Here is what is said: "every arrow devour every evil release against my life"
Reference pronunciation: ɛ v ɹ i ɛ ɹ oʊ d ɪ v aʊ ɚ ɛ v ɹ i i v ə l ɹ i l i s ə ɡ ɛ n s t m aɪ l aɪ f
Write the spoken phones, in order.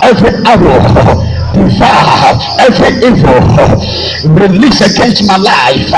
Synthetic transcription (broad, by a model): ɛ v ɹ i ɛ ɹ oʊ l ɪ f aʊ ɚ ɛ v ɹ i i v ə l ɹ i l i s ə ɡ ɛ n s t m aɪ l aɪ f